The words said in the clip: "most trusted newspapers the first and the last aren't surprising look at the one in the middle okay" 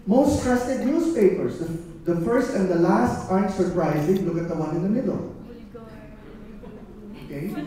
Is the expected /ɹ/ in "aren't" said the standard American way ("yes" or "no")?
no